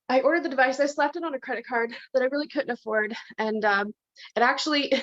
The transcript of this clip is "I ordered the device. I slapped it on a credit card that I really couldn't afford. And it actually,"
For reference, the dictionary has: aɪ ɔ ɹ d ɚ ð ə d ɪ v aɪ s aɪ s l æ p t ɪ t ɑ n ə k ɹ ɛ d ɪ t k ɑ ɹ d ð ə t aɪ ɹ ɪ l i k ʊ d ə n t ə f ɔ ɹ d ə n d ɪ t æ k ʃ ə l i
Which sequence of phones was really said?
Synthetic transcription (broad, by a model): aɪ ɔ ɹ d ɚ ð ə d ɪ v aɪ s aɪ s l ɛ p t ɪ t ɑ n ə k ɹ ɛ d ɪ t k ɑ ɹ d ð ə t aɪ ɹ ɪ l i k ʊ d n t ə f ɔ ɹ d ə n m ɪ t æ k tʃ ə l i